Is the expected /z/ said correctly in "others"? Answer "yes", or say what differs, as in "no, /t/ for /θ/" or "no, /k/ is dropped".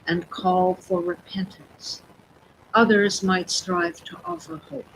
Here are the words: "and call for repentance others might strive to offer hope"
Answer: yes